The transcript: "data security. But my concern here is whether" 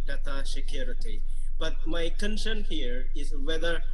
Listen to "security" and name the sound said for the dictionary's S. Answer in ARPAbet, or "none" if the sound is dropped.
SH